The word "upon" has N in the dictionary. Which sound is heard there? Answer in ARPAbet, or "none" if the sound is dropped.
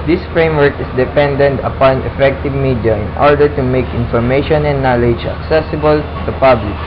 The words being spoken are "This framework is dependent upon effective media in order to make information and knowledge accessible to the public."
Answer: N